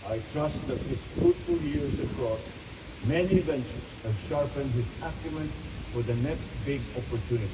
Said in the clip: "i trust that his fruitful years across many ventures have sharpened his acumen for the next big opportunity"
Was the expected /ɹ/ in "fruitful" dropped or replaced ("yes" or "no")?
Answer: yes